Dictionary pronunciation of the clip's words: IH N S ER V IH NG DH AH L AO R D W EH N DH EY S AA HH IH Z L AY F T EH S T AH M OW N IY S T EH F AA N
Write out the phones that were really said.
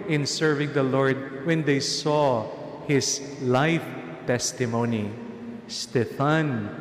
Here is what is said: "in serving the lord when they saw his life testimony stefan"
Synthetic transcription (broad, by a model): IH N S ER V IH NG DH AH L AO R D W EH N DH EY S AA HH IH S L AY F T EH S T AH M OW N IY S T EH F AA N